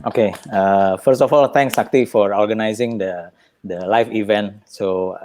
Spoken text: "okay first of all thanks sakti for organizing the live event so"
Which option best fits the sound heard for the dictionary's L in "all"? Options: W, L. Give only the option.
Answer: L